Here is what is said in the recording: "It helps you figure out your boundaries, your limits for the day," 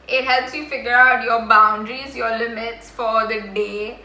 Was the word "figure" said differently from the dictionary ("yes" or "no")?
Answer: no